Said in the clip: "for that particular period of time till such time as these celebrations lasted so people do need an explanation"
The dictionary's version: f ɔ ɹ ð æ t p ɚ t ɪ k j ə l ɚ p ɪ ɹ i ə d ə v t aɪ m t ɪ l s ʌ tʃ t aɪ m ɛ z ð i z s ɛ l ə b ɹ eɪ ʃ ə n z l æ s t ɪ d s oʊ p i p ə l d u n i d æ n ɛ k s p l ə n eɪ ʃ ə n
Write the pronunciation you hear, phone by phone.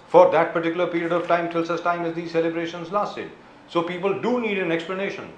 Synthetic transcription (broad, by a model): f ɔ ɹ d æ t p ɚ t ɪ k j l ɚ p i ɹ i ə d ə v t aɪ m t ɪ l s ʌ s t aɪ m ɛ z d i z s ɛ l ə b ɹ eɪ ʃ ə n z l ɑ s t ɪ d s oʊ p i p ə l d u n i d æ n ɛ k s p l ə n eɪ ʃ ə n